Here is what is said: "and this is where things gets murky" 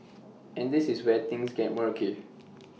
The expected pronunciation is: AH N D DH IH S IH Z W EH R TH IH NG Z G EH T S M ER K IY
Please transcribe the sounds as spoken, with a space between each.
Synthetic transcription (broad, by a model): AH N D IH S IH S W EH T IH NG S G EH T M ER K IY